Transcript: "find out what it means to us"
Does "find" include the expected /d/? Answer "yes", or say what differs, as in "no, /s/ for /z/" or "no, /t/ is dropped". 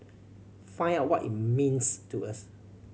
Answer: no, /d/ is dropped